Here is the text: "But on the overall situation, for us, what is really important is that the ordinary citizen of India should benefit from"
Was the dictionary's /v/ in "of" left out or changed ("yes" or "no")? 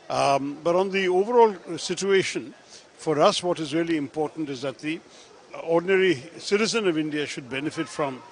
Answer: no